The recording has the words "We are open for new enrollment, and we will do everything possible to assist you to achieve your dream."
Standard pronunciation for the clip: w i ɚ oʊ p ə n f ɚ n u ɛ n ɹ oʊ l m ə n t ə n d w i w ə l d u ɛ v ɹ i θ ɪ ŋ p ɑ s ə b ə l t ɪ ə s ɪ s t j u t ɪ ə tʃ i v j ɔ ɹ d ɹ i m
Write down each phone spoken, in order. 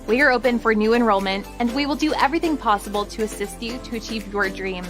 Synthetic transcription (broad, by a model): w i ɚ oʊ p ə n f ɚ n u ɛ n ɹ oʊ l m ə n t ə n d w i w ə l d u ɛ v ɹ i θ ɪ ŋ p ɑ s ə b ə l t ɪ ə s ɪ s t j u t ɪ ə tʃ i v j ɔ ɹ d ɹ i m